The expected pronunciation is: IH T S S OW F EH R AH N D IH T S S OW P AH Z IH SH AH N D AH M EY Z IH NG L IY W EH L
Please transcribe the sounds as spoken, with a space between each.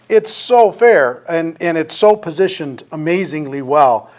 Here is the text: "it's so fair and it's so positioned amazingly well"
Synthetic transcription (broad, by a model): IH T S S OW F EH R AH N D IH T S S OW P AH Z IH SH AH N D AH M EY Z IH NG L IY W EH L